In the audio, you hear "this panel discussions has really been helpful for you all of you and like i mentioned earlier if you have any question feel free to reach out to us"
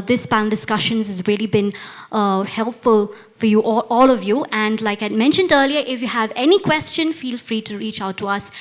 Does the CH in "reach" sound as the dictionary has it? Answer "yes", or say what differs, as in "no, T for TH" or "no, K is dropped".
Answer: yes